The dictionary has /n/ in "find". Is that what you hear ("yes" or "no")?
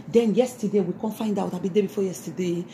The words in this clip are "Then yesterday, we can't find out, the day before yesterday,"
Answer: yes